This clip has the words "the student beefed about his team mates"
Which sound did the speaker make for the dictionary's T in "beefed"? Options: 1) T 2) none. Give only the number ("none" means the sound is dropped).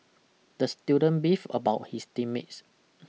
2